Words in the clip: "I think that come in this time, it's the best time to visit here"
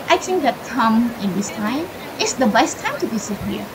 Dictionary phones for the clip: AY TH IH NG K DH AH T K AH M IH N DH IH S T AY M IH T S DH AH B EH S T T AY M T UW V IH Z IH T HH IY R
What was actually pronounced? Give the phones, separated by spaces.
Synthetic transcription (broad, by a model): AY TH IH NG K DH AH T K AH M IH N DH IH S T AY M IH T S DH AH B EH S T T AY M T UW B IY S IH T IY